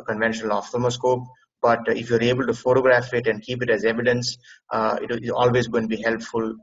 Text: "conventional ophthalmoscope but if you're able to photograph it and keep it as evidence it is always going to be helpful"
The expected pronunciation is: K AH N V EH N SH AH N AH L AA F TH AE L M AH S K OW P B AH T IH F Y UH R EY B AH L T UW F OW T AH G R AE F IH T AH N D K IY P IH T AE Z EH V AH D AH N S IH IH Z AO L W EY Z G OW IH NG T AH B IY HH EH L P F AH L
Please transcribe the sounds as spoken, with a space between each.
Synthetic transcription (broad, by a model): K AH N V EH N SH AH N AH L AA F T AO M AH S K OW P B AH T IH F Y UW R EY B AH L T UW F OW T AH G R AE F IH T AH N D K IY P IH T AE Z EH V AH D AH N S IH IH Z AO L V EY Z G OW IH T B IY HH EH L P F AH L